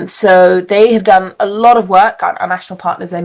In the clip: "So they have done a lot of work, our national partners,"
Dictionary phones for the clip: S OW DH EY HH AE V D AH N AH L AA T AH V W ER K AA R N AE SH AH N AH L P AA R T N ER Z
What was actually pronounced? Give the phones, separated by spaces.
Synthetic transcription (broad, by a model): S OW DH EY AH V D AH N AH L AA T AH V W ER K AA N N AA SH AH N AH L P AA T N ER Z